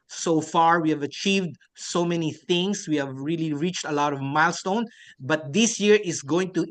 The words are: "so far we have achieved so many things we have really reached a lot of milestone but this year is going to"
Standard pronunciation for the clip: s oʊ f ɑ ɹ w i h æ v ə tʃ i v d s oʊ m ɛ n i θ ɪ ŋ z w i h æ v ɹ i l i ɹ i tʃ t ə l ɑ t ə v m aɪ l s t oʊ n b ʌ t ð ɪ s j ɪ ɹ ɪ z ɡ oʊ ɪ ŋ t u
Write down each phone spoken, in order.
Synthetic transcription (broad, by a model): s oʊ f ɑ ɹ w i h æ v ə tʃ i v d s oʊ m ɛ n i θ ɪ ŋ s w i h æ v ɹ i l i ɹ i tʃ t ə l ɑ t ə v m aɪ l s t oʊ n b ʌ t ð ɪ s j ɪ ɹ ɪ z ɡ oʊ ɪ ŋ t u